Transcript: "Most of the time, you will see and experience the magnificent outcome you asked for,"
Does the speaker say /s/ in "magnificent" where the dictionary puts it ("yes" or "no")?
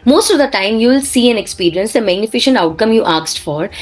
no